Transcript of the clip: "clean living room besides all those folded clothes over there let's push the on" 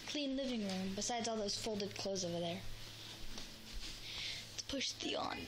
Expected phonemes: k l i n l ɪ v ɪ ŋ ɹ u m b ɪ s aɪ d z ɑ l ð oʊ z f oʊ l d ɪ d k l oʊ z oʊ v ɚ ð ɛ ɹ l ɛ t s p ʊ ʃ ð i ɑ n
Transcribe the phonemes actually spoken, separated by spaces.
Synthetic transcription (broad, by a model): k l i n l ɪ v ɪ ŋ ɹ u m b ɪ s aɪ d z ɑ l ð oʊ z f oʊ l d ɪ d k l oʊ z oʊ v ɚ ð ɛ ɹ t p ʊ ʃ ð i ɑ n